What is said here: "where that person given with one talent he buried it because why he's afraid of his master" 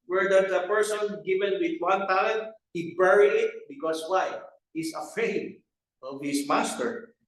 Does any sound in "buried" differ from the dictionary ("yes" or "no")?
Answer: yes